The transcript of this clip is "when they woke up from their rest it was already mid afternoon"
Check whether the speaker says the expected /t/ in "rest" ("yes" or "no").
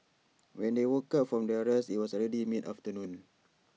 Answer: no